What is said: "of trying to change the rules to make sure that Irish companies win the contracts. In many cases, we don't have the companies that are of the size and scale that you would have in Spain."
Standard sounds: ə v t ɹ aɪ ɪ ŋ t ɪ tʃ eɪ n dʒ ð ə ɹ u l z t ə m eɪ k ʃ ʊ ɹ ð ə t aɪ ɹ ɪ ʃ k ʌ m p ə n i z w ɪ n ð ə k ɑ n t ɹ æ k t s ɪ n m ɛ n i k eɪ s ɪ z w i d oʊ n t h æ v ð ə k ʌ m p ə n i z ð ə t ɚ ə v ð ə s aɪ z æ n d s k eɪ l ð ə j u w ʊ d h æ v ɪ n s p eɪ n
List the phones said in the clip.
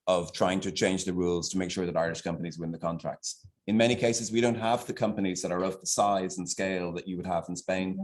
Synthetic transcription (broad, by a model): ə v t ɹ aɪ ɪ ŋ t ɪ tʃ eɪ n dʒ ð ə ɹ u l z t ə m eɪ k ʃ ʊ ɹ ð ə t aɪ ɹ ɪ ʃ k ʌ m p ə n i z w ɪ n ð ə k ɑ n t ɹ æ k t s ɪ n m ɛ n i k eɪ s ɪ z w i d oʊ n t h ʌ v ð ə k ʌ m p ə n i z ð ə t ɚ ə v ð ə s aɪ z n s k eɪ l ð ə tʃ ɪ w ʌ d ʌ v n s p eɪ n